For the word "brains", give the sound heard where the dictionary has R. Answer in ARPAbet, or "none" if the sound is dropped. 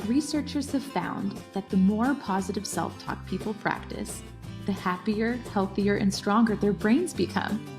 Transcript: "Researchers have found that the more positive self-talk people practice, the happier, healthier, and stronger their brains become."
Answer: R